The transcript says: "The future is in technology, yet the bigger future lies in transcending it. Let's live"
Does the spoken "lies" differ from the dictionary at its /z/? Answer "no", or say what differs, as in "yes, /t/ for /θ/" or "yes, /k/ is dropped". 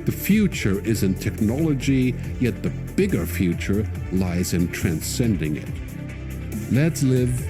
no